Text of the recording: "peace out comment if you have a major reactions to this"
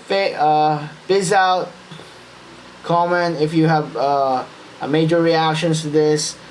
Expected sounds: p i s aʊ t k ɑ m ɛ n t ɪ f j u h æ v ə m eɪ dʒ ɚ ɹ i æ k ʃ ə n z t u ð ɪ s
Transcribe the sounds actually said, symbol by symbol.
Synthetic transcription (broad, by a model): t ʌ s aʊ t k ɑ m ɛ n ɪ f j u h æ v ə m eɪ dʒ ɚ ɹ i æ k ʃ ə n s t u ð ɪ s